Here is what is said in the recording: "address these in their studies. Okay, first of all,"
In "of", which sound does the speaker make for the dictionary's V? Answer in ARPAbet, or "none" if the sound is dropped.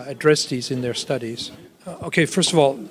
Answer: V